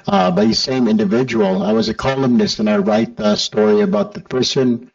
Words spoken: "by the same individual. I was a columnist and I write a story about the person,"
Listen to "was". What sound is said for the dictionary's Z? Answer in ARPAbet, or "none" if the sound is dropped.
Z